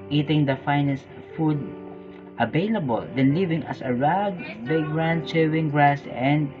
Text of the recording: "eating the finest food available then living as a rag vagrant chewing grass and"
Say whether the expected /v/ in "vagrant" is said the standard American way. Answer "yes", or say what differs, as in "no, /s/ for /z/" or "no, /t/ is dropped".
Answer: no, /b/ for /v/